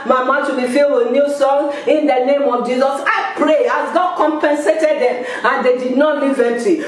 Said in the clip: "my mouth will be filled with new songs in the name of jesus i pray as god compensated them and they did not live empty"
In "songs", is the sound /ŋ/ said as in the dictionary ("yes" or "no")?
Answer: no